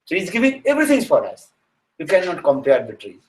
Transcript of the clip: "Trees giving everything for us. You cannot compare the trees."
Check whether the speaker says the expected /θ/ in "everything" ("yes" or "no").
no